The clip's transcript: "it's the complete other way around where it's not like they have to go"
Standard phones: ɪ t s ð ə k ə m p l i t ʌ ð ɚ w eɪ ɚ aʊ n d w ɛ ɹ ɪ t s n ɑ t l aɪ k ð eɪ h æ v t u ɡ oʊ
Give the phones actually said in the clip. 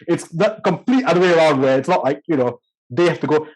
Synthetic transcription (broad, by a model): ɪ t s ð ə k ə m p l i t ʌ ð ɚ w eɪ ɚ aʊ n d w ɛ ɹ ɪ t s n ɑ t l aɪ k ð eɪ h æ f t u ɡ oʊ